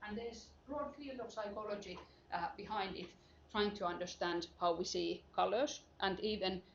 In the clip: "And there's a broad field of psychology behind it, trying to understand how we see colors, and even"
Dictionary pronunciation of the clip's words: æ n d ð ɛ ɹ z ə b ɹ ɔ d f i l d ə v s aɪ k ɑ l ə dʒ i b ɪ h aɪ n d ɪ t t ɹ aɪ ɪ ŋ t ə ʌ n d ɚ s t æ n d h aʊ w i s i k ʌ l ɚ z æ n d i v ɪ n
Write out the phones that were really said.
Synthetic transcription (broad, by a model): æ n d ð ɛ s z b ɹ ɔ d f i l d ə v s aɪ k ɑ l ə dʒ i b ɪ h aɪ n d ɪ t t ɹ aɪ ɪ ŋ t ə ʌ n d ɚ s t æ n d h aʊ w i s i k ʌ l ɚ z æ n d i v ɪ n